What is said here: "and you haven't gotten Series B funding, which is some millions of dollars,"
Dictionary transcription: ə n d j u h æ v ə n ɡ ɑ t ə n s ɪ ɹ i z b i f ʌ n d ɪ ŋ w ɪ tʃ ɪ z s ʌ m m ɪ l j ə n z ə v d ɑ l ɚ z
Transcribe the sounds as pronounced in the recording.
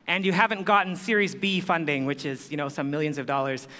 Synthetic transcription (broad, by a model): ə n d j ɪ h æ v ə n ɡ ɑ t n s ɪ ɹ i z b i f ʌ n d ɪ ŋ w ɪ tʃ ɪ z s ʌ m m ɪ l j ə n z ə v d ɑ l ɚ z